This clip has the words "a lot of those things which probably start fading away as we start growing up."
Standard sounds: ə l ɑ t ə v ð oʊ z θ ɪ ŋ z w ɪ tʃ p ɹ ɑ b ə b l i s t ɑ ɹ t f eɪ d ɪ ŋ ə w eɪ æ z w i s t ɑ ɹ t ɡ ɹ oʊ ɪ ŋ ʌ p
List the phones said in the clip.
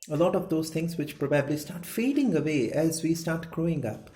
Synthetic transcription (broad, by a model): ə l ɑ t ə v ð oʊ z t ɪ ŋ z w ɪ tʃ p ɹ ɑ b ə b l i s t ɑ ɹ t f eɪ d ɪ ŋ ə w eɪ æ z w i s t ɑ ɹ t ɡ ɹ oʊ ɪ ŋ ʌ p